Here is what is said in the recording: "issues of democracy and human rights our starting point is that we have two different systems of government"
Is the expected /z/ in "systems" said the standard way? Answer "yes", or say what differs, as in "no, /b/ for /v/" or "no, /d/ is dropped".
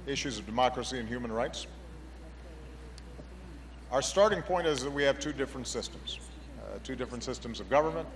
yes